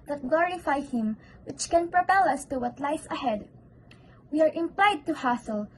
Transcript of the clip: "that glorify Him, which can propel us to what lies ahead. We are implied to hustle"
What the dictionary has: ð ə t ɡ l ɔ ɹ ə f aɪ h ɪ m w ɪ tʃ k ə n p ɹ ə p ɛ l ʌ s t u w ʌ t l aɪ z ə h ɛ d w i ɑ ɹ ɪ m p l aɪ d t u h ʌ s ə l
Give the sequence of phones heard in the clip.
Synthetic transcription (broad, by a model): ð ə t ɡ l ɔ ɹ ə f aɪ h ɪ m w ɪ tʃ k ə n p ɹ ə p ɛ l ʌ s t u w ʌ t l aɪ s ə h ɛ d w i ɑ ɹ ɪ m p l aɪ d t u h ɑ s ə l